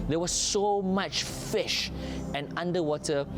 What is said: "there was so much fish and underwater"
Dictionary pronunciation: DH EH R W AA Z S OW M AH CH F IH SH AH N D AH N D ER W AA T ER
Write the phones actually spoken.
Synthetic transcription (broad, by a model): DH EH W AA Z S OW M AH CH F IH SH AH N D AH N D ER W AA T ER